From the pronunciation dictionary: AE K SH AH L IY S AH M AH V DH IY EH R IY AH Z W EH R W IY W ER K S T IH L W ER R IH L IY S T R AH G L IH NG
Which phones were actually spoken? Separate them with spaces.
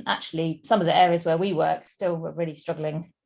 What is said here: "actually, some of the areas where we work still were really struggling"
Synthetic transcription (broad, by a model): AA K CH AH L IY S AH M AH V DH IY EH R IY AH Z W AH W IY W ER K S T IH L W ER R IH L IY S T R AH G L IH NG